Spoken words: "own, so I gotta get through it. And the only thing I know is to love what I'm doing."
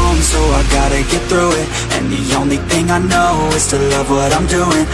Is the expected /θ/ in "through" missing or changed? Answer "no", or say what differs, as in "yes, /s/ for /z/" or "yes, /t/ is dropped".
no